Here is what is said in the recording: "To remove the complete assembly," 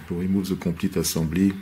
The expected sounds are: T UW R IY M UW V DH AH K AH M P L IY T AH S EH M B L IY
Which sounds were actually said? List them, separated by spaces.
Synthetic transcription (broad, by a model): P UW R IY M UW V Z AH K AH P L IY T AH S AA B L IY